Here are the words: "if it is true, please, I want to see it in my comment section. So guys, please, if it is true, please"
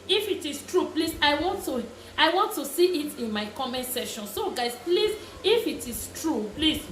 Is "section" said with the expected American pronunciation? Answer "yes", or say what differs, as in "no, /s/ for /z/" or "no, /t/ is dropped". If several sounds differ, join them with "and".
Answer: no, /k/ is dropped